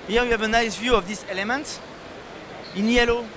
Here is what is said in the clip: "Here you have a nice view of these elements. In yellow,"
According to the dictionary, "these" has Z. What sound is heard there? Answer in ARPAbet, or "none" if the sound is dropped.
S